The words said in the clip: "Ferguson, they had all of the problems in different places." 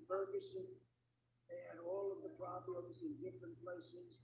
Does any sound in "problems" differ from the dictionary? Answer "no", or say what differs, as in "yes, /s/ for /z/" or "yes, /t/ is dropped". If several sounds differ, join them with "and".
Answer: no